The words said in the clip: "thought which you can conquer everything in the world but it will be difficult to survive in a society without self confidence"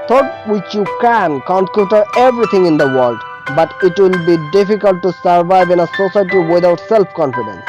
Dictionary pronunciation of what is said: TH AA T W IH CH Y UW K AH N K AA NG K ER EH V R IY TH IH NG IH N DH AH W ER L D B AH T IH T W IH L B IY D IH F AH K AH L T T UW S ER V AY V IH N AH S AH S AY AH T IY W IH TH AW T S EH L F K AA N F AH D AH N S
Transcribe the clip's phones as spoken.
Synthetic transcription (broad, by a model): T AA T W IH CH Y UW K AH N K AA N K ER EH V R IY T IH NG IH N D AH W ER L D B AH T IH T W IH L B IY D IH F AH K AH L T T UW S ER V AY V IH N AH S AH S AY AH T IY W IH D AW T S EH L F K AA N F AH D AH N S